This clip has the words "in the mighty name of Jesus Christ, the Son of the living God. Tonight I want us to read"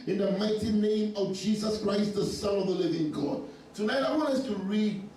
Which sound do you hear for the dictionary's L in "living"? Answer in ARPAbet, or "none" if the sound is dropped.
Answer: L